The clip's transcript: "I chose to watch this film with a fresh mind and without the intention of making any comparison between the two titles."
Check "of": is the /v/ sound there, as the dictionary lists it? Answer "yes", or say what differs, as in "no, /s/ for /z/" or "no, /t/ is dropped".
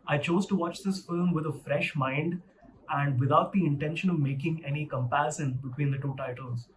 yes